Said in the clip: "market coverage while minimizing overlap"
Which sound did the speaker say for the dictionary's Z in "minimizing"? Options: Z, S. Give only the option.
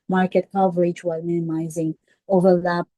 Z